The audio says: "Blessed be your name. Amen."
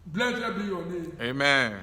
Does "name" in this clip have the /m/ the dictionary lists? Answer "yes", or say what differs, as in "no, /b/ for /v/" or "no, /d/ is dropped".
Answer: no, /m/ is dropped